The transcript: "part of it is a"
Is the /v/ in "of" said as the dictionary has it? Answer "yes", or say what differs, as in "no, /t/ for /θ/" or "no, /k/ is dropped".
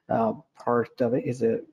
yes